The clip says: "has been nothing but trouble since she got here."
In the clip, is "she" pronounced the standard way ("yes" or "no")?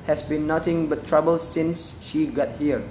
yes